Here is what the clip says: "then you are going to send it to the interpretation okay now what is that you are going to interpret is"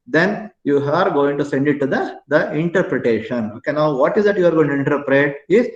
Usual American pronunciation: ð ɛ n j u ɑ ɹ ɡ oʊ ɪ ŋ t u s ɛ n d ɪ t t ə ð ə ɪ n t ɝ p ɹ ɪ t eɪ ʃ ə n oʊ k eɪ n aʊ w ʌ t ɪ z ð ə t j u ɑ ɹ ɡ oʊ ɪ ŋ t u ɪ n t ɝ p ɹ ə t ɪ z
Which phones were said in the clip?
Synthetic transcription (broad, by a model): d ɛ n j u ɑ ɹ ɡ oʊ ɪ ŋ t u s ɛ n d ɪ t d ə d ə ɪ n t ɝ p ɹ ɪ t eɪ ʃ ə n oʊ k eɪ n aʊ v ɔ t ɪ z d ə t j u ɑ ɹ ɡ oʊ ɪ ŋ t u ɪ n t ɝ p ɹ ə t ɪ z